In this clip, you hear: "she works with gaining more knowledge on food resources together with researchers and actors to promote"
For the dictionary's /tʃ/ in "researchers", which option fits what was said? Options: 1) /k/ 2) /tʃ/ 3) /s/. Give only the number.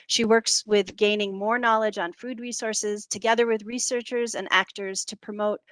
2